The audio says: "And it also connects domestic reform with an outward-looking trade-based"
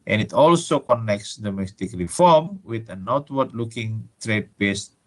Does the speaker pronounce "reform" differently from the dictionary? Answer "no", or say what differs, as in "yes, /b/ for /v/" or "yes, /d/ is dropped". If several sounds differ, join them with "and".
no